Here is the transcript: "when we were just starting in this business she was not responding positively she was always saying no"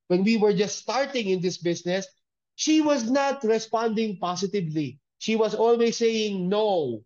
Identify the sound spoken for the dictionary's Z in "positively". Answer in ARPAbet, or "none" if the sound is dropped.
S